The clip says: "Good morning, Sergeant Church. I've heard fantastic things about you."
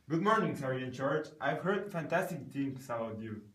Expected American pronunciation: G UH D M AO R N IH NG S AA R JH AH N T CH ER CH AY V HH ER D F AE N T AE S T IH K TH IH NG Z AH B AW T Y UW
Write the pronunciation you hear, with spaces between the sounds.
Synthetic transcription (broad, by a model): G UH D M AO R N IH NG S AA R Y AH N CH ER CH AY V HH ER D F AE N T AE S T IH K T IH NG S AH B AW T Y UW